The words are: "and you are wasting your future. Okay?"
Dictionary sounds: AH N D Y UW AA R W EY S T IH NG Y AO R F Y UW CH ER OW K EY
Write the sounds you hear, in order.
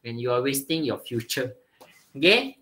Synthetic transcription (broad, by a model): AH N Y UW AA L W EY S T IH NG Y AO F Y UW CH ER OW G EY